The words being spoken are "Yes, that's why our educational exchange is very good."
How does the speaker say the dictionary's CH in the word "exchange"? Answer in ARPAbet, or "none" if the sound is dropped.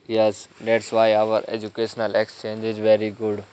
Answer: CH